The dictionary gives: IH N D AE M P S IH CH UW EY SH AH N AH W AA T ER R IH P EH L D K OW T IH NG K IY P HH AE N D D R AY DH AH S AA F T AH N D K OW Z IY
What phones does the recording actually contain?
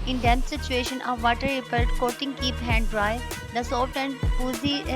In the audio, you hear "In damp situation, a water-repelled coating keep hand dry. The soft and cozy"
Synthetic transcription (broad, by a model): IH N D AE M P S IH CH UW EY SH AH N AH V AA T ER R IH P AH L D K OW T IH NG K IY P HH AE N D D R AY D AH S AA T AH N D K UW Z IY